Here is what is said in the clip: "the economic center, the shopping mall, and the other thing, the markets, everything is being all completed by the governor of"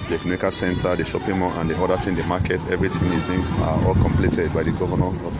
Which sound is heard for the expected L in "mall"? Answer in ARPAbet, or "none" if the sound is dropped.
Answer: N